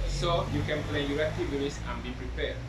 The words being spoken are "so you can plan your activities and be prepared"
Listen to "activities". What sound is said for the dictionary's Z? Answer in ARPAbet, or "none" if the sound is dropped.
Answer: S